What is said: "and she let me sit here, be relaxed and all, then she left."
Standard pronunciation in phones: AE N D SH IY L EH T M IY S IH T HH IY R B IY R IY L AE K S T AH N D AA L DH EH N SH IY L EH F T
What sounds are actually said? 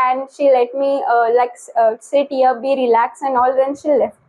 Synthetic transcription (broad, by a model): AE N D SH IY L EH T M IY S IH T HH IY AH B IY R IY L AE K S AH N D AA L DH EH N SH IY L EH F